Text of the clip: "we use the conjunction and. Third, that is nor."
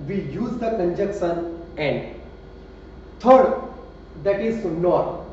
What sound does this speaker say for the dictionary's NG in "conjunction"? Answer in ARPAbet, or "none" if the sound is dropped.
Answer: none